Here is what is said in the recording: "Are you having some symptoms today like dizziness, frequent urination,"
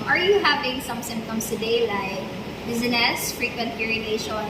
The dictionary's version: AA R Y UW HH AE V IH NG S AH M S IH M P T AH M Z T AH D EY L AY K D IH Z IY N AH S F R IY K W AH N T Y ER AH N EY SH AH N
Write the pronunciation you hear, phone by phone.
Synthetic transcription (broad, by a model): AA R Y UW HH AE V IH NG S AH M S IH M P T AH M S T AH D EY L AY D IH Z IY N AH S F R IY K W AH N T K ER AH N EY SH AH N